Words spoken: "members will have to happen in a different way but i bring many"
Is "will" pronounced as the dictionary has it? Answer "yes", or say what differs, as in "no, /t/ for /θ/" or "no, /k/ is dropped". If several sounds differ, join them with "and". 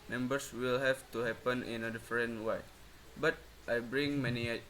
yes